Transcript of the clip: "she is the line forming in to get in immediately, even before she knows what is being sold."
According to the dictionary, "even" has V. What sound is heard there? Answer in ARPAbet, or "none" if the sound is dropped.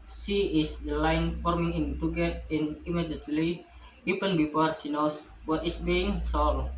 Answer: P